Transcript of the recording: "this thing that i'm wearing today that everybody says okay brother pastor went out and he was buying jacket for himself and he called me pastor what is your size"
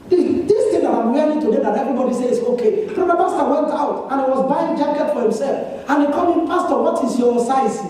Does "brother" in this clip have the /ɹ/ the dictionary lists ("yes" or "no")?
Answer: no